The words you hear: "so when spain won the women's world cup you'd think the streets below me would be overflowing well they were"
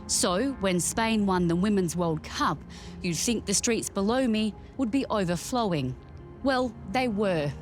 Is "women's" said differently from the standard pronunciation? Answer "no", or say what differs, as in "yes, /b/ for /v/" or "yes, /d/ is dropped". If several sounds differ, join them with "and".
no